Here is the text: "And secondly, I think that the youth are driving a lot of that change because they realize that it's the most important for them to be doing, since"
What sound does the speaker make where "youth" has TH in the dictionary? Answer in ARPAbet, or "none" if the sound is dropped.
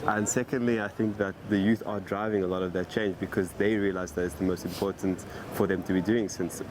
TH